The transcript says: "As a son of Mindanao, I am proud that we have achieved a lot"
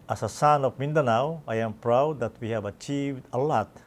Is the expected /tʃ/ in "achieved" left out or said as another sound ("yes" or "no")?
no